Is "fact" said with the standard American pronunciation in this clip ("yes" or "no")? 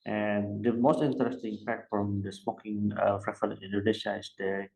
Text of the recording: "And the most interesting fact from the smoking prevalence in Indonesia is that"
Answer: no